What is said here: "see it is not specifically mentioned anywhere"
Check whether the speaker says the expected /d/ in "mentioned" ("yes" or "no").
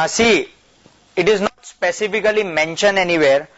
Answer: no